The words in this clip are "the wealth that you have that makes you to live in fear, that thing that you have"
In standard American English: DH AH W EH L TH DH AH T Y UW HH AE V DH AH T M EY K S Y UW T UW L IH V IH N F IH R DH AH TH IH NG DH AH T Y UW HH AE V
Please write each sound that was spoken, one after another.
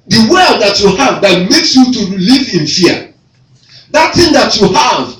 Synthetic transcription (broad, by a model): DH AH W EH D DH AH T Y UW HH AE V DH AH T M EY K S Y UW T UW L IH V IH N F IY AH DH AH T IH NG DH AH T Y UW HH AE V